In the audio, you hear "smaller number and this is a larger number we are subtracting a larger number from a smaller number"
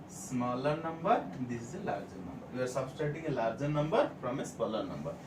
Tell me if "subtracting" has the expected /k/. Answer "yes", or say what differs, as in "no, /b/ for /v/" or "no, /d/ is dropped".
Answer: no, /k/ is dropped